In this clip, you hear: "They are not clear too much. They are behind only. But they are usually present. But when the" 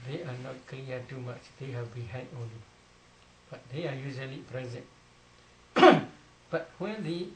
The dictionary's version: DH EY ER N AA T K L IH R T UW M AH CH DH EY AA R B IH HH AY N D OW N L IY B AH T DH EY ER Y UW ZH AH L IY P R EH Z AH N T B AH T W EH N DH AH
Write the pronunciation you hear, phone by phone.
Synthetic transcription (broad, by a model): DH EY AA N AA T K L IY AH T UW M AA CH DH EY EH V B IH HH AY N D OW N L IY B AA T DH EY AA Y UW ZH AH L IY P R EH Z AH N T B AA T W EH N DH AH